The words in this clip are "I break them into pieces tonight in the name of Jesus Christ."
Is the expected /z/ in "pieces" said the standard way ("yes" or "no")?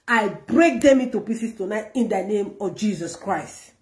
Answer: no